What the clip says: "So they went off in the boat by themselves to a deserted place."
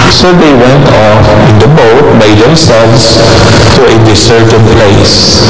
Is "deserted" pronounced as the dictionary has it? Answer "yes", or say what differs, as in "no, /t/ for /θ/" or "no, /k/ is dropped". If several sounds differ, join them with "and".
no, /s/ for /z/